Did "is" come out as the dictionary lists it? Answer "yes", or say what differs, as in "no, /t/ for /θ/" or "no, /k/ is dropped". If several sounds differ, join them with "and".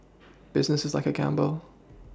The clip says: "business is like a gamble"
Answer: yes